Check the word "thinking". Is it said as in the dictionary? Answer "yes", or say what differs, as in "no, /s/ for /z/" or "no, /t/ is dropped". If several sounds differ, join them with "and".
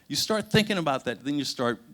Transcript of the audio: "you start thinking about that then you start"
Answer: yes